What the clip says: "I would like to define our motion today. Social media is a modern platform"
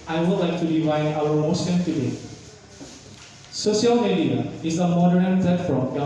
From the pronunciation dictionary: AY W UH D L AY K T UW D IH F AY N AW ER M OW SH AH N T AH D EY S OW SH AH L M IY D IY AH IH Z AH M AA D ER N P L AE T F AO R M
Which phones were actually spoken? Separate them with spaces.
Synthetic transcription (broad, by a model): AY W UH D L AY K T UW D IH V AY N AW ER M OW S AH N T AH D EY S OW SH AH L M IY D IY AH IH Z AH M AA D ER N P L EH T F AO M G